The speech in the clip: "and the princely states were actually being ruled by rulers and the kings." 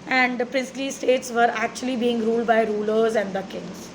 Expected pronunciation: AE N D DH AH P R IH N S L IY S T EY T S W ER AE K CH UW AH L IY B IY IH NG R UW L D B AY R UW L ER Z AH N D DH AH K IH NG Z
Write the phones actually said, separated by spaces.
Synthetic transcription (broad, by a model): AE N D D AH P R IH N S L IY S T EY T S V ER AE K CH UW AH L IY B IY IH NG R UW L D B AY R UW L ER Z AH N D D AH K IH NG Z